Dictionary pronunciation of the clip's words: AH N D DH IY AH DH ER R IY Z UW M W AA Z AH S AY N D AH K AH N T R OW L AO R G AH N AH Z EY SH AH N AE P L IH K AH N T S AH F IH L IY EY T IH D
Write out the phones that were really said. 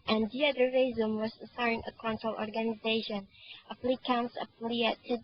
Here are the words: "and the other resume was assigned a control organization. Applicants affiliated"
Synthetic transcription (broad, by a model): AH N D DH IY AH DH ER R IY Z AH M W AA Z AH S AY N AH K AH N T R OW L AO R G AH N AH Z EY SH AH N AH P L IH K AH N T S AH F L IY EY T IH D